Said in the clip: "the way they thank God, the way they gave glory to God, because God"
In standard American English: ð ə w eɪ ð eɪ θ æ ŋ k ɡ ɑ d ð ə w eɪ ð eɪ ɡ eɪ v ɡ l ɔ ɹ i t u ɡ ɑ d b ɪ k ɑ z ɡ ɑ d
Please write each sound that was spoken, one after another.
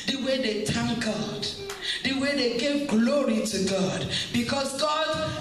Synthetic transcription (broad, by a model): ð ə w eɪ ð eɪ t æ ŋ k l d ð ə w eɪ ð eɪ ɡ eɪ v ɡ l ɔ ɹ i t u ɡ ɑ d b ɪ k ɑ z ɡ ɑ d